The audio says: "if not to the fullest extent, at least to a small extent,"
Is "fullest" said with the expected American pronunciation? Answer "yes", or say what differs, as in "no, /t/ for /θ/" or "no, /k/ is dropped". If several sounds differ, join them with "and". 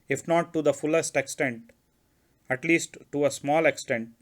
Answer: yes